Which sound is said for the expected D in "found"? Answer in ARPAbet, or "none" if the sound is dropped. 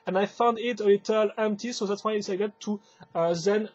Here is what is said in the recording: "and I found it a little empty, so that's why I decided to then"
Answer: D